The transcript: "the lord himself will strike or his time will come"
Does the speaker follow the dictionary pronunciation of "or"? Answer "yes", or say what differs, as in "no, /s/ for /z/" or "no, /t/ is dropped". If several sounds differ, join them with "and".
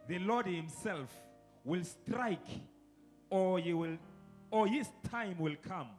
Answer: no, /l/ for /ɹ/